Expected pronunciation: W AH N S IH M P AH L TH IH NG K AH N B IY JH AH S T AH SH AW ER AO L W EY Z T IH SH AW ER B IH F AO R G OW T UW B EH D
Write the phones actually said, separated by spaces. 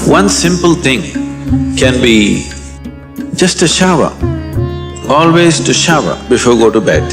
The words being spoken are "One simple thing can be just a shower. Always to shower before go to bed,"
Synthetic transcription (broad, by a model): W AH N S IH M P AH L T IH NG K AH N B IY JH AH S T AH SH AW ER AO L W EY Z T IH SH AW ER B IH F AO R G OW T UW B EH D